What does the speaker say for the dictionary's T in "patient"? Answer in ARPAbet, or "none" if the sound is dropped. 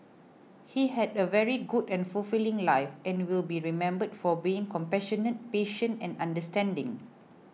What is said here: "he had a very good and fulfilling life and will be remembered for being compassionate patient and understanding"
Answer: none